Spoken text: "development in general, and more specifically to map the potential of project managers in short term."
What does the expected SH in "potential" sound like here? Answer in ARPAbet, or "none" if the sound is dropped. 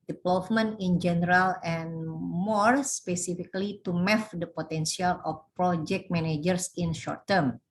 S